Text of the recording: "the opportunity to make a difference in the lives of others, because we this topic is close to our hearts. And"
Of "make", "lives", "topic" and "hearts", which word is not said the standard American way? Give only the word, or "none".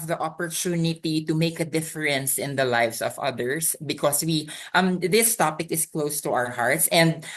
lives